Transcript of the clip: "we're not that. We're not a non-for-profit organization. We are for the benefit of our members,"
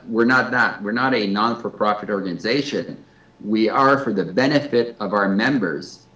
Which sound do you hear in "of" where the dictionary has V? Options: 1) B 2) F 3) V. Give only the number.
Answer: 3